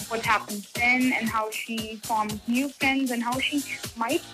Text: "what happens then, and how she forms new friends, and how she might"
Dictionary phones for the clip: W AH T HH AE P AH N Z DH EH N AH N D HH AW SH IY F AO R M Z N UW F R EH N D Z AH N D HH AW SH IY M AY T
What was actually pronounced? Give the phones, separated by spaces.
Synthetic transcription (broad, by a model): W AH T HH AE P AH N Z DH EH N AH N HH AW SH IY F AO R M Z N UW F R EH N D Z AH N HH AW SH IY M AY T